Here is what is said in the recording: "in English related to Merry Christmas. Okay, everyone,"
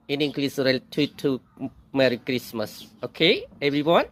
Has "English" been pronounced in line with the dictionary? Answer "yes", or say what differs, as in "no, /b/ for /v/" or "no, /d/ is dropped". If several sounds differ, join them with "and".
no, /s/ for /ʃ/